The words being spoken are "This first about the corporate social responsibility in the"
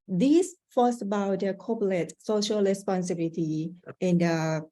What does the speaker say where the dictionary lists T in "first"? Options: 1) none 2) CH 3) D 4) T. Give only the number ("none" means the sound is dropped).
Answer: 1